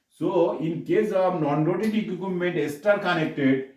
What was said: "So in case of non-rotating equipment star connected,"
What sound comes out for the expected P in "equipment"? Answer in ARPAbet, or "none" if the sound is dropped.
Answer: none